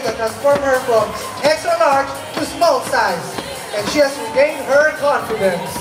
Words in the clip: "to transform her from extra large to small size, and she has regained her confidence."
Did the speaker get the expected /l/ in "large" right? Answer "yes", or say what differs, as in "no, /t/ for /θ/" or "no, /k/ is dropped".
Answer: no, /n/ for /l/